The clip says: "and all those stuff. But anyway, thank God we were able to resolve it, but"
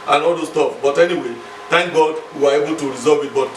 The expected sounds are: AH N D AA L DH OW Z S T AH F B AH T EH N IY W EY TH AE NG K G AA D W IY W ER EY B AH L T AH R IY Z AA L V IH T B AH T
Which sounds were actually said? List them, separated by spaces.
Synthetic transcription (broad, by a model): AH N AA L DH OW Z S T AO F B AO T EH N IY W EY T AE NG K G AA D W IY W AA EY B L T AH R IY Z AA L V IH T B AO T